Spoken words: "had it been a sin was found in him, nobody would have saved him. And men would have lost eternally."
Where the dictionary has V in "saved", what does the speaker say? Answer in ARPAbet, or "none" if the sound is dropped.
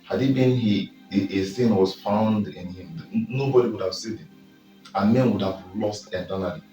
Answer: none